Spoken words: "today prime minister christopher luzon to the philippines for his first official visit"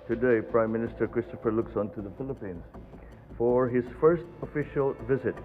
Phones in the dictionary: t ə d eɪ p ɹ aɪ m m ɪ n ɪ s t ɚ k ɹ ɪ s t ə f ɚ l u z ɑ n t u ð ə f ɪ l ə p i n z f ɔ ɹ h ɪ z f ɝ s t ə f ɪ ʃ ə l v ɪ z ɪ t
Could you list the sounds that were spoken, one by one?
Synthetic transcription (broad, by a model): t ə d eɪ p ɹ aɪ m m ɪ n ɪ s t ɚ k ɹ ɪ s t ə f ɚ l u s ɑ n t u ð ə f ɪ l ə p i n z f ɔ ɹ h ɪ z f ɝ s t ə f ɪ ʃ ə l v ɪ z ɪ t